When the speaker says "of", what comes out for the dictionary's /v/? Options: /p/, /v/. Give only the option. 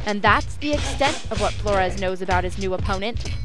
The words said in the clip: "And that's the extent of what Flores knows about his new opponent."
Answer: /v/